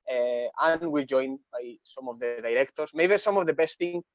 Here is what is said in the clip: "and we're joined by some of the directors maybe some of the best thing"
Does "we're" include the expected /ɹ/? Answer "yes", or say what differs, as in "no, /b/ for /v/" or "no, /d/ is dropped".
no, /l/ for /ɹ/